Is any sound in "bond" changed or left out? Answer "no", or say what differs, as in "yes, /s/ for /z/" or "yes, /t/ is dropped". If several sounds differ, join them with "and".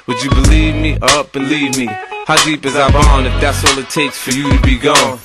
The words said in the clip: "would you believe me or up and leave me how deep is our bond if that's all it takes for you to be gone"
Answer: yes, /d/ is dropped